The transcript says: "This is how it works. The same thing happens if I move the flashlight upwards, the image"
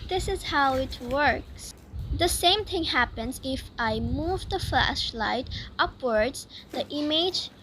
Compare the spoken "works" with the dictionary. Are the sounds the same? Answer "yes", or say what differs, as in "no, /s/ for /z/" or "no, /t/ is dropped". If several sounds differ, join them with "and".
yes